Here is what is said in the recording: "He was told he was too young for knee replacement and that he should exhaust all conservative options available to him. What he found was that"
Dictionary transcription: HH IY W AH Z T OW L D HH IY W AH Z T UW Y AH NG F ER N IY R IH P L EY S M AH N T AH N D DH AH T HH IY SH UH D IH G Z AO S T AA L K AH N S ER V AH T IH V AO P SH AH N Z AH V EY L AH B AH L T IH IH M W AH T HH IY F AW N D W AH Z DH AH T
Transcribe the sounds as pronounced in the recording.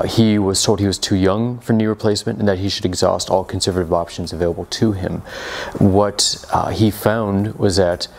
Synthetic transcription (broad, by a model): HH IY W AH Z T OW L D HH IY W AH Z T UW Y AH NG F ER N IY R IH P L EY S M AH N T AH N DH AH T HH IY SH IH D IH G Z AO S T AA L K N S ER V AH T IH V AO P SH AH N Z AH V EY L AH B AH L T IH IH M W AH T HH IY F AW N D W AH Z DH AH T